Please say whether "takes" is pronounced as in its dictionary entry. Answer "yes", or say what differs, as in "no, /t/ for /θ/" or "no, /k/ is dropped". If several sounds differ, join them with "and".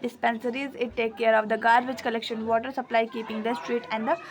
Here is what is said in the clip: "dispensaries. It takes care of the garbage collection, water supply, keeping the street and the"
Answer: no, /s/ is dropped